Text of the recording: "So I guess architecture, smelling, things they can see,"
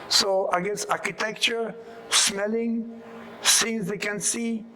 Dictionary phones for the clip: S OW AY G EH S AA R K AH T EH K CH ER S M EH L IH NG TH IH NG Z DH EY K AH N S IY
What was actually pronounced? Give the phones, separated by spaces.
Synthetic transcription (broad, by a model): S OW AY G EH S AA R K AH T EH K CH ER S M EH L IH NG S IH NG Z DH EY K AH N S IY